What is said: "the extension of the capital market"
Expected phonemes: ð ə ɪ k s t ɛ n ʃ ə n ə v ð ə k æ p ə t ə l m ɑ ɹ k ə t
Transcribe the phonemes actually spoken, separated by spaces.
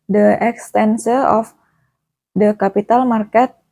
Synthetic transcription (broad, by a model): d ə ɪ k s t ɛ n s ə ə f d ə k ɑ p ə t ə l m ɑ ɹ k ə t